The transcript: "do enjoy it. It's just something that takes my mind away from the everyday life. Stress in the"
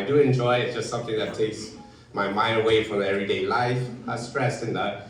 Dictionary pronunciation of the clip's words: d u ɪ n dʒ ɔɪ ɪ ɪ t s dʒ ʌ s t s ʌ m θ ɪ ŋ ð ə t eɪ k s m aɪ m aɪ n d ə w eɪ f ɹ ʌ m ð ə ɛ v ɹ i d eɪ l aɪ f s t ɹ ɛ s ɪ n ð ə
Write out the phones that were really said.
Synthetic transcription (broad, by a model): d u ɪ n dʒ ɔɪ ɪ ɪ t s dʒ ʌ s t s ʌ m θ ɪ ŋ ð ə t eɪ k s m aɪ m aɪ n ə w eɪ f ɹ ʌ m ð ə ɛ v ɹ i d eɪ l aɪ f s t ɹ ɛ s ɪ n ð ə